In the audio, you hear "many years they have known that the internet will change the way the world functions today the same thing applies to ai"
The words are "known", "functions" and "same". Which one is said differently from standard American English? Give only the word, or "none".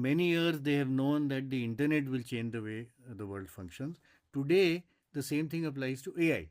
none